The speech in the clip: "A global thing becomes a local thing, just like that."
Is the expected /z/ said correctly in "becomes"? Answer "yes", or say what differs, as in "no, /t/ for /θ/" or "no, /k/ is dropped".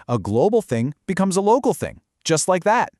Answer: yes